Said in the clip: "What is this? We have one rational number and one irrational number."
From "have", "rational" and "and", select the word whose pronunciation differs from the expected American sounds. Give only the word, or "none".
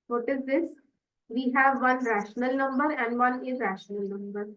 none